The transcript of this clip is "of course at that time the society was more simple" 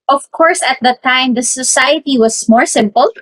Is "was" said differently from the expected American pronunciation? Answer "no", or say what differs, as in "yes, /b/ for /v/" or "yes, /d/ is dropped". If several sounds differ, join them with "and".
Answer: yes, /s/ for /z/